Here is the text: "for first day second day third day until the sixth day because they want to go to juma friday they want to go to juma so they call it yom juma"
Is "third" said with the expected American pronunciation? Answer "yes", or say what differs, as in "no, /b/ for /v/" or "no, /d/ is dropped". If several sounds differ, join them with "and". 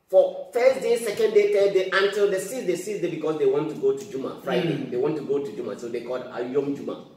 no, /t/ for /θ/